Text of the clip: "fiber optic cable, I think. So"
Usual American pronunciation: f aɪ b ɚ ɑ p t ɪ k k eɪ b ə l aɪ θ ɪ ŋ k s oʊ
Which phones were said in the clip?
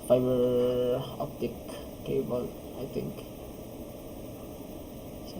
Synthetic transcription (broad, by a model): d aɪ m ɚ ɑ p t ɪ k k eɪ b ə l aɪ t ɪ ŋ k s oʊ